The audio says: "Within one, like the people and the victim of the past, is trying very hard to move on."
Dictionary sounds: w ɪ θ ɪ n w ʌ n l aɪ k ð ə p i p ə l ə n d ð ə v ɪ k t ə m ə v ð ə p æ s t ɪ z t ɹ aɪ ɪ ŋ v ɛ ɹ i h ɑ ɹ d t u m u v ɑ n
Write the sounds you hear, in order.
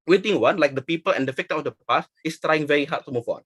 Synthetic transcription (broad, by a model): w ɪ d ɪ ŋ w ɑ n l aɪ k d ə p i p ə l ə n d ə f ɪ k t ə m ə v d ə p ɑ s ɪ s t ɹ aɪ ɪ ŋ v ɛ ɹ i h ɑ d t u m u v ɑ n